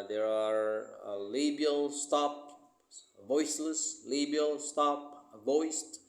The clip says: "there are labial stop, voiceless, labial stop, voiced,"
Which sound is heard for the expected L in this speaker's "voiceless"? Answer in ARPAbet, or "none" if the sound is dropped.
L